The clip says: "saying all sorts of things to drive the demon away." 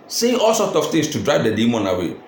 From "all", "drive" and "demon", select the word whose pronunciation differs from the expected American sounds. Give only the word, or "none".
none